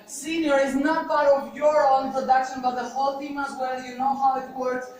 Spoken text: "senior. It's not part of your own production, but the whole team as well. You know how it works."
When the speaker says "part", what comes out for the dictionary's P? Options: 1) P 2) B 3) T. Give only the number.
2